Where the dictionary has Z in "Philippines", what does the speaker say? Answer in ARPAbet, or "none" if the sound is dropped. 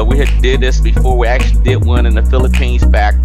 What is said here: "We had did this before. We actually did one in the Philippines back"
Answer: Z